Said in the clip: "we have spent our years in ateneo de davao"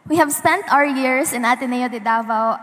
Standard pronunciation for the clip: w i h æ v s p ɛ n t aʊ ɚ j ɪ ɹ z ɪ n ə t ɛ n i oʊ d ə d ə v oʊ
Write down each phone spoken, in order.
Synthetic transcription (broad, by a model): w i h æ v s p ɛ n t aʊ ɚ j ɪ ɹ s ɪ n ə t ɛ n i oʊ d ə d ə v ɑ